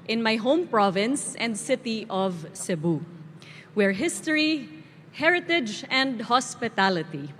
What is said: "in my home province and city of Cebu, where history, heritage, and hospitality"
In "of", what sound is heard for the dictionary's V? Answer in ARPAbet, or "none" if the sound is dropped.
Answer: V